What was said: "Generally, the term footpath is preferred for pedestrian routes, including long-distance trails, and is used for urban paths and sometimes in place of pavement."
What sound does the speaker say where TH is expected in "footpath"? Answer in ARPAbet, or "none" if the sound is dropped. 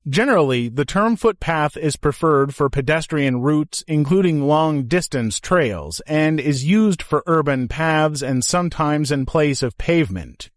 TH